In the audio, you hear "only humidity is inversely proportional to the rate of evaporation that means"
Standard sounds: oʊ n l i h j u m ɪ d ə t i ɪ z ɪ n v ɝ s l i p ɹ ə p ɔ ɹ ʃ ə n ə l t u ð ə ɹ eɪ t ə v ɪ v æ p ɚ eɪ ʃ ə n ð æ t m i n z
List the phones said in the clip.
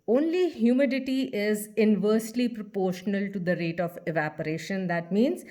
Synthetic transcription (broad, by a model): oʊ n l i h j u m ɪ d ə t i ɪ z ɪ n v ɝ s l i p ɹ ə p ɔ ɹ ʃ ə n ə l t u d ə ɹ eɪ t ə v ɪ v æ p ɚ eɪ ʃ ə n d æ t m i n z